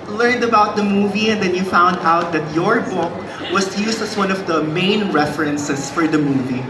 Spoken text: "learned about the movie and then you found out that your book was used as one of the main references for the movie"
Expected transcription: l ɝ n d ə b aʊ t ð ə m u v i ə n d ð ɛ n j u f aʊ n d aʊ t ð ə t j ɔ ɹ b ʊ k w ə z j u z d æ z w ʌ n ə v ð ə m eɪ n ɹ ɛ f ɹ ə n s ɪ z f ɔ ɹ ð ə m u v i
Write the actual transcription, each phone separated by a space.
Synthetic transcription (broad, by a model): l ɝ n d ə b aʊ t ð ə m u v i ə n d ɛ n j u f aʊ n d aʊ t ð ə t j ɔ ɹ b ʊ k w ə s j u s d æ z w ʌ n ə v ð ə m eɪ n ɹ ɛ f ɹ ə n s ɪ s f ɔ ɹ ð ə m u v i